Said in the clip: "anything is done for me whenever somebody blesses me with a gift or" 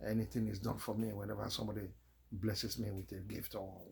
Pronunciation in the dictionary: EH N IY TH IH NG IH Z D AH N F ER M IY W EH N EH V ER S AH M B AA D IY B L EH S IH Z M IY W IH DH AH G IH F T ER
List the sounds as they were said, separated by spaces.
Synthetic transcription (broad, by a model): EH N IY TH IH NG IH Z D AH N F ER M IY W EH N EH V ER S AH M B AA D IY B L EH S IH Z M IY W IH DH AH G IH F T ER